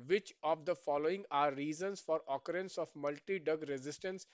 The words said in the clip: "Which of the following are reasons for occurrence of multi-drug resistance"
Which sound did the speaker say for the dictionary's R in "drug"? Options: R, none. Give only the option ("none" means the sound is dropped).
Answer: none